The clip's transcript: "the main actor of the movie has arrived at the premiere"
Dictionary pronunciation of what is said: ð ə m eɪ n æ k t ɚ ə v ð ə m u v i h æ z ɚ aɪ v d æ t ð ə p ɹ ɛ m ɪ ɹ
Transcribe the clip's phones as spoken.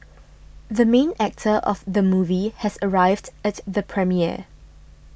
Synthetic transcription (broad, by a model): ð ə m eɪ n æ k t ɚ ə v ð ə m u v i h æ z ɚ aɪ v d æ t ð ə p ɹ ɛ m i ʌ